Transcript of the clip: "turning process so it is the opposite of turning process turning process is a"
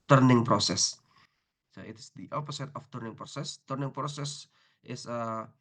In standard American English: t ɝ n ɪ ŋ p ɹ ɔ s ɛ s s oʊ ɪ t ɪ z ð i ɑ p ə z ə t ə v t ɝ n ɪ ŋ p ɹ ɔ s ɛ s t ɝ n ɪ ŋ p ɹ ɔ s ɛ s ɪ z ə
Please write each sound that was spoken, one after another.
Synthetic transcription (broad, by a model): t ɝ n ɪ ŋ p ɹ ɔ s ɛ s s oʊ ɪ t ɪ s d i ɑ p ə s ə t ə f t ɝ n ɪ ŋ p ɹ ɔ s ɛ s t ɝ n ɪ ŋ p ɹ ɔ s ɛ s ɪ s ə